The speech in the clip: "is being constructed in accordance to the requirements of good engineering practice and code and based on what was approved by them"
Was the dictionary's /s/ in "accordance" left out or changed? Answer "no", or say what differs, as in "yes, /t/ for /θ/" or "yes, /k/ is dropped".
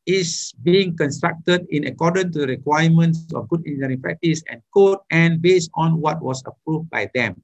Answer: yes, /s/ is dropped